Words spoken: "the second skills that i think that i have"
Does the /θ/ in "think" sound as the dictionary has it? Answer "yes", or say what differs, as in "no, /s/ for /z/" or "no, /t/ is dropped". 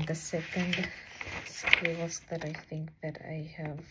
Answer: yes